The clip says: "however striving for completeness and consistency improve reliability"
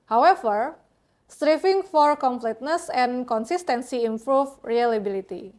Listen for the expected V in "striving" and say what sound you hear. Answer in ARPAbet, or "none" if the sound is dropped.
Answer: F